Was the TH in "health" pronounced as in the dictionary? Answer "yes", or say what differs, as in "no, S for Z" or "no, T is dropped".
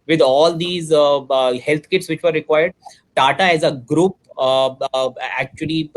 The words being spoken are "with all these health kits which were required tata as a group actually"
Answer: no, T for TH